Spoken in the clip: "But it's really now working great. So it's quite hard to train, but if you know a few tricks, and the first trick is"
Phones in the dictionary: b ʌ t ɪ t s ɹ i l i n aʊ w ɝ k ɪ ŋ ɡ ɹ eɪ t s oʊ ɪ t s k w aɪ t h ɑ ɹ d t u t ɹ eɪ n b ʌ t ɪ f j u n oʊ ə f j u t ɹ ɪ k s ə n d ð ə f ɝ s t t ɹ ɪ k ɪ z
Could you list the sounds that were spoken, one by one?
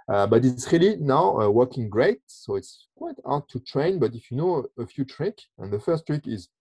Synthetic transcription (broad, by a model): b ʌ t ɪ t s ɹ i l i n aʊ w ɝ k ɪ ŋ ɡ ɹ eɪ t s oʊ ɪ t s k w aɪ t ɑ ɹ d t u t ɹ eɪ n b ʌ t ɪ f j u n oʊ ə f j u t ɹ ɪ k ə n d ð ə f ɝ s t t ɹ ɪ k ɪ z